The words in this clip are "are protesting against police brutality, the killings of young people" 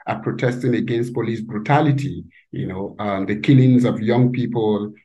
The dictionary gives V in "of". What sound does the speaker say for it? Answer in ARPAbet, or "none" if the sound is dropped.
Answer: V